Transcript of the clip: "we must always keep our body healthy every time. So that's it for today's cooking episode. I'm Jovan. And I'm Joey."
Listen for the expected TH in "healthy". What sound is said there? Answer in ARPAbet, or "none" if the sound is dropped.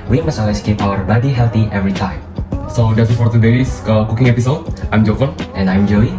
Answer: T